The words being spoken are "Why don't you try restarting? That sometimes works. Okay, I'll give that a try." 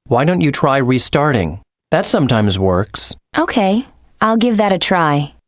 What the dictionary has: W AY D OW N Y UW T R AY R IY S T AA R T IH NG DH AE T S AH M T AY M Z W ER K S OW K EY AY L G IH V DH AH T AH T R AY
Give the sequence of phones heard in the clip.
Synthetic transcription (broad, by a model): W AY D OW N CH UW T R AY R IY S T AA R T IH NG DH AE T S AH M T AY M Z W ER K S OW K EY AY L G IH V DH AH T AH T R AY